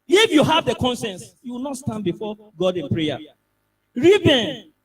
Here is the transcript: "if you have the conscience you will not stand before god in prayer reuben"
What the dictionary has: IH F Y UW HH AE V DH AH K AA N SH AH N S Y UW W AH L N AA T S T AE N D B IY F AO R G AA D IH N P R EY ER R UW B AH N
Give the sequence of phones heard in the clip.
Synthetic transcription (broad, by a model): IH F Y UW HH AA V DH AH K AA N S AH N S Y UW W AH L N AA T S T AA N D B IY F AO G AA D IH N P R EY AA R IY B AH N